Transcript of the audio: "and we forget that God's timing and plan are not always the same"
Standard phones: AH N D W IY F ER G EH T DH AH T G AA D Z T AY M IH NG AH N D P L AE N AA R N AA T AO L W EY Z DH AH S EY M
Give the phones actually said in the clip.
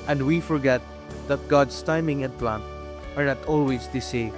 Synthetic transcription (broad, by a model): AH N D W IY F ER G EH T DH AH T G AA D S T AY M IH NG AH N P L AE N AA R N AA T AO L W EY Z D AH S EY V